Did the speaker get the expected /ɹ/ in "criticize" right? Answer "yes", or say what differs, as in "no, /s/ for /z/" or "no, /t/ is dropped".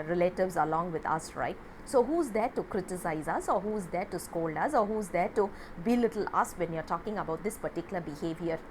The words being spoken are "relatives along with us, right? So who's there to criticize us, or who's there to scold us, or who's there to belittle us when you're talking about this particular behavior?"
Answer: yes